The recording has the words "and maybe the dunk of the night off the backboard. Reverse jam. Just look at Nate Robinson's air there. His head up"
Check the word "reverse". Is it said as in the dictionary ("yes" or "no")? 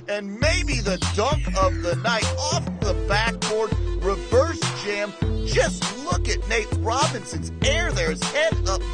yes